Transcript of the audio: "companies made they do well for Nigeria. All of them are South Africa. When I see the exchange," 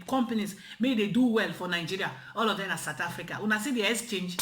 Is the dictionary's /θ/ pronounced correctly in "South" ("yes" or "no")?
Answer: no